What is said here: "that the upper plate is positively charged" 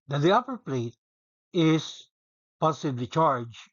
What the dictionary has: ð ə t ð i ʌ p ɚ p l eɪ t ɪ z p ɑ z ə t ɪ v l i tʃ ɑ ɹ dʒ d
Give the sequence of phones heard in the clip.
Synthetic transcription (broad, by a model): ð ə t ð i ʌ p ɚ p l eɪ t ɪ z p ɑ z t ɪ b l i tʃ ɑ ɹ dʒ